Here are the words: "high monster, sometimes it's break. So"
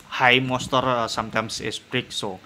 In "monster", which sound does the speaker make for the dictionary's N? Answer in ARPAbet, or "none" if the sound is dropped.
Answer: none